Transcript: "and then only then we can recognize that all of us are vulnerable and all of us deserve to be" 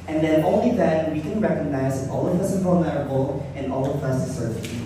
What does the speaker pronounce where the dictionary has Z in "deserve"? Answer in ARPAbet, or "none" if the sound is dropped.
S